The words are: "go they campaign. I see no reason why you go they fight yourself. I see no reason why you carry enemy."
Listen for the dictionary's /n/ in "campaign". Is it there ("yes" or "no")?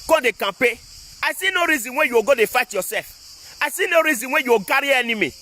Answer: no